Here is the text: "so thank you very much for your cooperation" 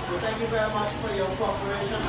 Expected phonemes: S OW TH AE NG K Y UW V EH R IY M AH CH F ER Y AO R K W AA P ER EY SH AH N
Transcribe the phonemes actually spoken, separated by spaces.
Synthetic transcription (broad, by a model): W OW T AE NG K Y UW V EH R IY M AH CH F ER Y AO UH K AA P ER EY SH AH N